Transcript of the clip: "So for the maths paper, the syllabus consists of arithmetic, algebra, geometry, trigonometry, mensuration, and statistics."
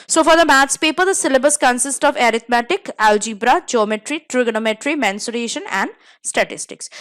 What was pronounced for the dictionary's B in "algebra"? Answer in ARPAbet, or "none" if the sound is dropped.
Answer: B